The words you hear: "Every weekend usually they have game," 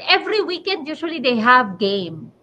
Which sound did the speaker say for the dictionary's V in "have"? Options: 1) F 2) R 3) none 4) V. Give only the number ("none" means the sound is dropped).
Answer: 4